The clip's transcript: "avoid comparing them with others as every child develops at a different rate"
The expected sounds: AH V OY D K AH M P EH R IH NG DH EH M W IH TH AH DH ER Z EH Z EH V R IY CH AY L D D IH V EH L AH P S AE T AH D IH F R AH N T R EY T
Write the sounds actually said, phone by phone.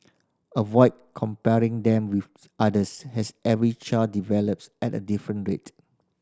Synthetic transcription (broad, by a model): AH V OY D K AH M P EH R IH NG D EH M W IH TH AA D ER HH EH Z EH V R IY CH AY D D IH V EH L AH P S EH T AH D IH F R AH N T R EY T